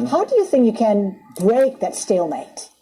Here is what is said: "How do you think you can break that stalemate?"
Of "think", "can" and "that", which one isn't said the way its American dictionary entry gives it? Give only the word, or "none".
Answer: none